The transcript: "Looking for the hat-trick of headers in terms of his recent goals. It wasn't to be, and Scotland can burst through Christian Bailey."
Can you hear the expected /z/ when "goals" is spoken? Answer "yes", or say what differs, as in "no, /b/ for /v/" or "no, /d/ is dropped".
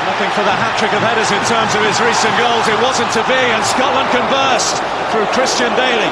yes